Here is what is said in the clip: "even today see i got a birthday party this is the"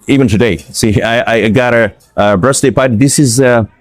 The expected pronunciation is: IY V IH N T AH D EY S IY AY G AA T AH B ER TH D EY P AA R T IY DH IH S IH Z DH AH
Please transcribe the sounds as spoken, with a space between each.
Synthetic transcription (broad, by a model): IY V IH N T AH D EY S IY AY G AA T AH B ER S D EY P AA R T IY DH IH S IH Z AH